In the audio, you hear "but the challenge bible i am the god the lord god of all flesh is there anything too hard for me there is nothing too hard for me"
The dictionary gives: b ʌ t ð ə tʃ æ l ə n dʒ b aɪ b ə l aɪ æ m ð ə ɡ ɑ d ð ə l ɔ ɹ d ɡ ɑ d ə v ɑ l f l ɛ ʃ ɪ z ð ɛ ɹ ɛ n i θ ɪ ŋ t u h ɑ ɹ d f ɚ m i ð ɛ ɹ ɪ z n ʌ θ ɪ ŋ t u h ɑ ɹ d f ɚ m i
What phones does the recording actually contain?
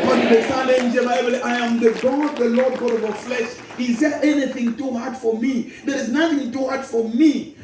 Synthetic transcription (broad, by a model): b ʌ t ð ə s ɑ n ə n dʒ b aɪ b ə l aɪ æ m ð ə ɡ ɑ d ð ə l ɔ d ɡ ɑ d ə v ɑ f l ɛ ʃ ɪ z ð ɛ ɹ ɛ n i θ ɪ ŋ t u h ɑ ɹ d f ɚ m i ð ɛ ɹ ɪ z n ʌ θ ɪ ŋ t u h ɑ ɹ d f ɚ m i